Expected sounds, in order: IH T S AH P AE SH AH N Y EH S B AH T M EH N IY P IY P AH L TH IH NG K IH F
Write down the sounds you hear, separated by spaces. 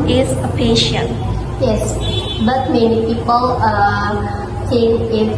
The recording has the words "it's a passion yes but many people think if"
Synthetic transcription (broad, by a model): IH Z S AH P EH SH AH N Y EH S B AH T M EH N IY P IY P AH L T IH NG IH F